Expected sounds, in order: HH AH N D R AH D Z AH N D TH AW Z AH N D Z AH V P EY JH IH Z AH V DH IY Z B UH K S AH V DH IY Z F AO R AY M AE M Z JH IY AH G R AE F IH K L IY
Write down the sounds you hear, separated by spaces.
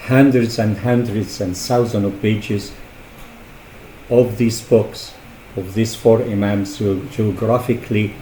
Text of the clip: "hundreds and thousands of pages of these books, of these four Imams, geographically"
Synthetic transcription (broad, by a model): HH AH N D R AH D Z AH N D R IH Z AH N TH Z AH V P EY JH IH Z AH V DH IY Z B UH K S AH V DH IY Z F AO R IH M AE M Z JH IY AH G R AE F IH K L IY